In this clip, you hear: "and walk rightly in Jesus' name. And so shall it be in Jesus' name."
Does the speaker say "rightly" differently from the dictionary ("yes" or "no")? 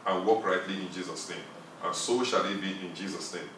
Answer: no